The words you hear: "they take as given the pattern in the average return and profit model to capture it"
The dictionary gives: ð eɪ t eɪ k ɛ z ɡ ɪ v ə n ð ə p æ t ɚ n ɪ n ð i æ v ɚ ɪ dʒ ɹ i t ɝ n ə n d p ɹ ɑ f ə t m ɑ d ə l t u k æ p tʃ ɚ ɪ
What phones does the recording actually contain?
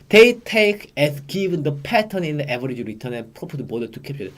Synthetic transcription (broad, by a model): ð eɪ t eɪ k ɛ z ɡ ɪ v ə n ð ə p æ t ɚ n ɪ n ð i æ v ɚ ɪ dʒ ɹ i t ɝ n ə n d p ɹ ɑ p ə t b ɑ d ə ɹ t u k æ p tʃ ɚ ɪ